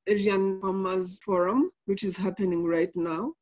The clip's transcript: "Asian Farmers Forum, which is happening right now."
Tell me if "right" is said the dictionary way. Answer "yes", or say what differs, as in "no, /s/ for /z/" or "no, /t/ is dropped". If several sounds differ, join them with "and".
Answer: yes